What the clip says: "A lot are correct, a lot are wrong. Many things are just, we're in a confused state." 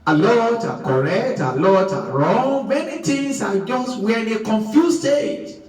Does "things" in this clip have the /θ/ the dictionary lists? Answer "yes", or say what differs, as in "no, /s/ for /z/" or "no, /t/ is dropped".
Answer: no, /t/ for /θ/